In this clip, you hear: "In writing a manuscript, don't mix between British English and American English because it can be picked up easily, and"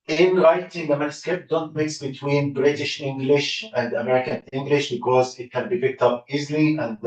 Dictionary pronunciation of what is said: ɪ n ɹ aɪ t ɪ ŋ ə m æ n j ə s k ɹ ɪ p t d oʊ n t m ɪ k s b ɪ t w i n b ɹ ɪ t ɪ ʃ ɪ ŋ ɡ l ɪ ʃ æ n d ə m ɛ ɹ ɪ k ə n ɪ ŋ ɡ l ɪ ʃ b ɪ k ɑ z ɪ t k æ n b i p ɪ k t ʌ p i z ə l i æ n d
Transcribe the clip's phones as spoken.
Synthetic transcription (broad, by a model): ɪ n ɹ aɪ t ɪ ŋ ə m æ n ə s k ɪ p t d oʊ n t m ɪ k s b ɪ t w i n b ɹ ɪ t ɪ ʃ ɪ ŋ ɡ l ɪ ʃ æ n d ə m ɛ ɹ ɪ k ə n ɪ ŋ ɡ l ɪ ʃ b ɪ k ɑ z ɪ t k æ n b i p ɪ k t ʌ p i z l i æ n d